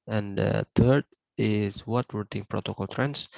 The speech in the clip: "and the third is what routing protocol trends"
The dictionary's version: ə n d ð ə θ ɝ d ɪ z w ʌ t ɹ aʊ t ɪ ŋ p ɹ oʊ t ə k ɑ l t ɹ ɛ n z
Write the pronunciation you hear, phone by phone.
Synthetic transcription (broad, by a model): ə n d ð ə t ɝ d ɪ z w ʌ t w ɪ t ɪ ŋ p ɹ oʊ t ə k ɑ l t ɹ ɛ n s